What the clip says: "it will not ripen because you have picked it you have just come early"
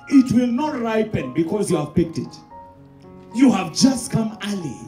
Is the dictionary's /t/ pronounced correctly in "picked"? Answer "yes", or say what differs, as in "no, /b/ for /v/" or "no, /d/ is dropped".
yes